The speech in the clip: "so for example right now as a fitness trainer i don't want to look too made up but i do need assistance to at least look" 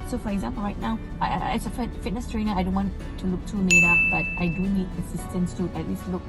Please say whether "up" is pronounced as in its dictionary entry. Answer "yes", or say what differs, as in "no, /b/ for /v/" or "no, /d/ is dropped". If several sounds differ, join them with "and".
no, /f/ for /p/